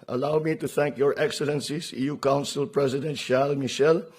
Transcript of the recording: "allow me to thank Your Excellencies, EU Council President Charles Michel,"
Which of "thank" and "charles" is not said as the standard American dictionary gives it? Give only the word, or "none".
charles